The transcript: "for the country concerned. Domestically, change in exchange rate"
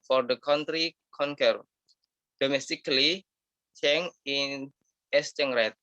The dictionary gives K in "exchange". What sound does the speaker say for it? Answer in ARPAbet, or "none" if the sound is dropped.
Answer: none